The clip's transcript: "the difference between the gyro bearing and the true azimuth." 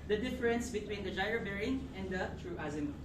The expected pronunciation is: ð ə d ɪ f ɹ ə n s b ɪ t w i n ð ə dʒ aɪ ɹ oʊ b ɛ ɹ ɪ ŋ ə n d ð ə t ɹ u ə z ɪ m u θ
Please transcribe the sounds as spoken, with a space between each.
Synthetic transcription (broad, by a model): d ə d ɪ f ɹ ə n s b ɪ t w i n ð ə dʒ aɪ oʊ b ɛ ɹ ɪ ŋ ə n d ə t ɹ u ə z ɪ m